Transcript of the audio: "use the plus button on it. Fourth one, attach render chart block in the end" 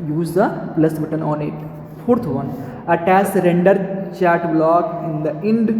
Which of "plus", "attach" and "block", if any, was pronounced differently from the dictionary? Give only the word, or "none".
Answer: attach